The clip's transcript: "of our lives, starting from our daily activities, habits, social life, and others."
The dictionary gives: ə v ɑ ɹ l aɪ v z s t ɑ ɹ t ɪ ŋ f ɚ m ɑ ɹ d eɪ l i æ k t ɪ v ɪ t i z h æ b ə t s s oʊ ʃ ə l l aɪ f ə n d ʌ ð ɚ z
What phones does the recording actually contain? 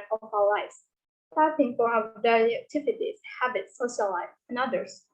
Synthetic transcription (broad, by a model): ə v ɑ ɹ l aɪ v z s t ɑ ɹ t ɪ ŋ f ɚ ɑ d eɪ i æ k t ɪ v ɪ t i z h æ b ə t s s oʊ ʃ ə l l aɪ ə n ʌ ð ɚ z